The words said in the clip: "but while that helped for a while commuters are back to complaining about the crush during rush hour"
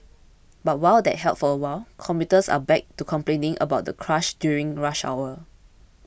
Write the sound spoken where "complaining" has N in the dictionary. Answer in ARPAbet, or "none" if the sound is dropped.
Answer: N